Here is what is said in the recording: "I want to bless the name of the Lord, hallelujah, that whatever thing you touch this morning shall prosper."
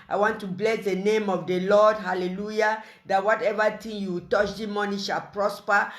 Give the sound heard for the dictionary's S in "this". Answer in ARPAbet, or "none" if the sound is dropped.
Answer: none